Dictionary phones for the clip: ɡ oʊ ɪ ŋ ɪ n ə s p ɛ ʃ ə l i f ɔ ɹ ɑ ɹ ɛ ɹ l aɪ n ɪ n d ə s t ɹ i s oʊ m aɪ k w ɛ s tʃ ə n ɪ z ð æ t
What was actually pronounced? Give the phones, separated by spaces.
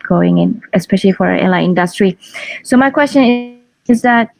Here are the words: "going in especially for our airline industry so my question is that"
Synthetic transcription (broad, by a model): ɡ oʊ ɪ ŋ ɪ n ə s p ɛ ʃ ə l i f ɔ ɹ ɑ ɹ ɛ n l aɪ ɪ n d ə s t ɹ i s oʊ m aɪ k w ɛ s tʃ ə n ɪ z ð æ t